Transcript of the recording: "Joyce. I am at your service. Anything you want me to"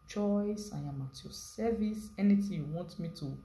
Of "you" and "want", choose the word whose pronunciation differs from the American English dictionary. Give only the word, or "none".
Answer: none